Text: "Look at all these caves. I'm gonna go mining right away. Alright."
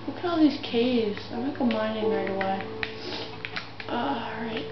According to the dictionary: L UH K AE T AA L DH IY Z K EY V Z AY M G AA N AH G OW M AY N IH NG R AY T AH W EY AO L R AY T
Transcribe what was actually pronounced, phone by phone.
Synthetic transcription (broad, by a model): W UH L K AA L DH IY Z K EY V Z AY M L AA AH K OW M AY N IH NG R AY T AH W EY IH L R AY T